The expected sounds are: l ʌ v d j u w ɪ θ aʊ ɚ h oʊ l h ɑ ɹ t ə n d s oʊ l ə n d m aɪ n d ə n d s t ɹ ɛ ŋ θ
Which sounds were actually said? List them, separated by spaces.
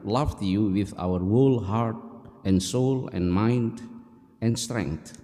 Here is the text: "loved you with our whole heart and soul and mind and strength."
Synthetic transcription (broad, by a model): l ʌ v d j u w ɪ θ aʊ ɚ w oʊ l h ɑ ɹ t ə n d s oʊ l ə n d m aɪ n d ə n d s t ɹ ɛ ŋ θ